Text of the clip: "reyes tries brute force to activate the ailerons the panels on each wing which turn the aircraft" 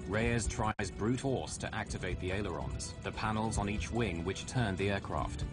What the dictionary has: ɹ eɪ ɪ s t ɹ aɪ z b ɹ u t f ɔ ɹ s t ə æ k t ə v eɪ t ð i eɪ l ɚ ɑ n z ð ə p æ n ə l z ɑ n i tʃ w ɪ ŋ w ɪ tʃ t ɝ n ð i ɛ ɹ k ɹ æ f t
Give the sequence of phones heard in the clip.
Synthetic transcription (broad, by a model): ɹ eɪ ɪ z t ɹ aɪ z b ɹ u t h ɔ s t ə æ k t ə v eɪ t ð i eɪ l ɚ ɑ n z ð ə p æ n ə l z n i tʃ w ɪ ŋ w ɪ tʃ t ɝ n ð i ɛ k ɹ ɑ f t